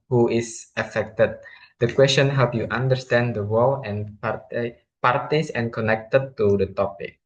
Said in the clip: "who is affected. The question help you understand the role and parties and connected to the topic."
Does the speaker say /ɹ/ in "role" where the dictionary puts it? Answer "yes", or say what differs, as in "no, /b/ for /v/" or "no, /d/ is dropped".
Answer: no, /w/ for /ɹ/